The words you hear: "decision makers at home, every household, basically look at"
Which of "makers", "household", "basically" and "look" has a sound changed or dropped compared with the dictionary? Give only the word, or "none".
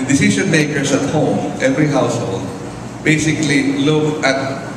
makers